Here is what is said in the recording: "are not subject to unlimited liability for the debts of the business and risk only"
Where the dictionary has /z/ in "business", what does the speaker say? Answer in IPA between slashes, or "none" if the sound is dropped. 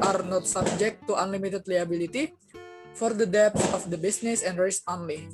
/s/